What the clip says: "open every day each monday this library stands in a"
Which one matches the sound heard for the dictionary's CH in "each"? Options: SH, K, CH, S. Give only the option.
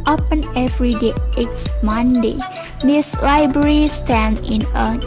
S